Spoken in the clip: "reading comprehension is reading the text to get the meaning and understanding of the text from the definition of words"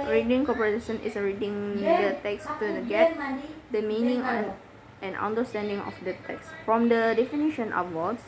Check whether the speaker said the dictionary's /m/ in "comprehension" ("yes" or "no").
no